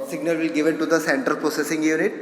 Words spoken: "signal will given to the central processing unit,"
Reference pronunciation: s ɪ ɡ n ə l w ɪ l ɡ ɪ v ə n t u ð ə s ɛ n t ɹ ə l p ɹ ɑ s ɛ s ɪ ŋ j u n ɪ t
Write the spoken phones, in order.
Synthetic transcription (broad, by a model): s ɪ ɡ n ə l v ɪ l ɡ ɪ v ə n t u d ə s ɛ n t ə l p ɹ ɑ s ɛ s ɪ ŋ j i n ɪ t